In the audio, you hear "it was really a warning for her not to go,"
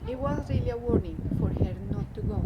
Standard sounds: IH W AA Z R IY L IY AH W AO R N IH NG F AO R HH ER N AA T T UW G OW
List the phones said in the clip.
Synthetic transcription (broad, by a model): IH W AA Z R IY L IY AH W AO R N IH NG F AO R HH ER N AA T T UW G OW